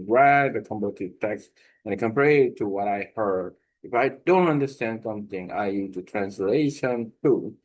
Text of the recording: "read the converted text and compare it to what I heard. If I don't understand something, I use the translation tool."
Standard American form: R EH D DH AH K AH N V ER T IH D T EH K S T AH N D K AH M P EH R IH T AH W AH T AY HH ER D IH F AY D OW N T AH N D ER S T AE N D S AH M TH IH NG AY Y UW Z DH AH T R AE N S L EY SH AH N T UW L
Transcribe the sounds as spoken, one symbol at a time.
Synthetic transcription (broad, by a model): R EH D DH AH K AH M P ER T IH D T EH K S T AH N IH K AH M P EH R IH T AH W AH T AY HH ER D IH F AY D OW N T AH N D ER S T AE N D S AH M TH IH NG AY Y UW Z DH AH T R AE N S L EY SH AH N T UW